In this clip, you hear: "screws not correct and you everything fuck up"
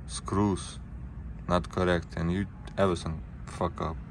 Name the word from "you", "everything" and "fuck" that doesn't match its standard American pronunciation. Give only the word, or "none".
everything